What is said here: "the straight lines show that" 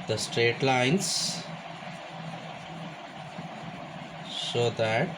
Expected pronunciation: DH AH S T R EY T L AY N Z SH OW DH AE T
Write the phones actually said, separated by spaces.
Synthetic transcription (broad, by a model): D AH S T R EY T L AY N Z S OW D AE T